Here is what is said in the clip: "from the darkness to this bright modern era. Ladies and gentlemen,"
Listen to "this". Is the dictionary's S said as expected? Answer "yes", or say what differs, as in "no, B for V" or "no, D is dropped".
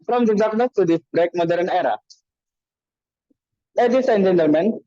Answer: no, S is dropped